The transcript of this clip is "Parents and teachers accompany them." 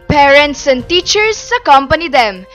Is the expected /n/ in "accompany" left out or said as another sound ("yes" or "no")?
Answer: no